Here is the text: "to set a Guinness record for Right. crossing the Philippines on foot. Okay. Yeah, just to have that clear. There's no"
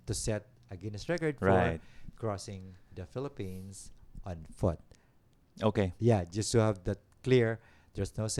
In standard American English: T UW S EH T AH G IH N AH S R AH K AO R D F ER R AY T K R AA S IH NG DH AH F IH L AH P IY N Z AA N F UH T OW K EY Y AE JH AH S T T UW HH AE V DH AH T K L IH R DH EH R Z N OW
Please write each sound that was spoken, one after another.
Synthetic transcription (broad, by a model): T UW S EH T AH G IH N AH S R AH K AO R D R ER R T K R AA S IH NG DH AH F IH L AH P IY N S AA N F UH T OW K EY Y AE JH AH S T T UW HH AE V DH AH T K L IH R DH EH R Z N OW